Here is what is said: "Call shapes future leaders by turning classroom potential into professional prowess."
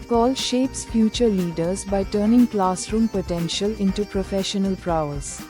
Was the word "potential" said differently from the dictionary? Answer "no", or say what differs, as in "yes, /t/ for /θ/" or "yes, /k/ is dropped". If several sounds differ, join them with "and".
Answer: no